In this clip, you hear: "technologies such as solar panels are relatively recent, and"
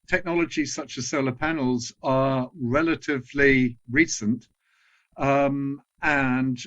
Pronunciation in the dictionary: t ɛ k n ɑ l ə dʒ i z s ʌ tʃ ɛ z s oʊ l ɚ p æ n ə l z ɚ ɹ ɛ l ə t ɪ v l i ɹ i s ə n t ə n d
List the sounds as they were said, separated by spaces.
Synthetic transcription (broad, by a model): t ɛ k n ɑ l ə dʒ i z s ʌ tʃ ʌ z s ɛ l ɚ p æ n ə l z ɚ ɹ ɛ l ə t ɪ v l i ɹ i s ə n t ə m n